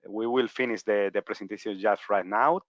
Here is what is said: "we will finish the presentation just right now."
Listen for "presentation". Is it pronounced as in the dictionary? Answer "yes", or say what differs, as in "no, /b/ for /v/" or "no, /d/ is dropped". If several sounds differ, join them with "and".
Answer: no, /s/ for /z/